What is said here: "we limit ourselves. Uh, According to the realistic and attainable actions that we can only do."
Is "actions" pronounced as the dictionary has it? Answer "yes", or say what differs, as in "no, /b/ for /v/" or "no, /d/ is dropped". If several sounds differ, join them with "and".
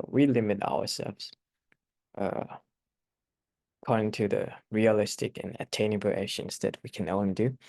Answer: no, /k/ is dropped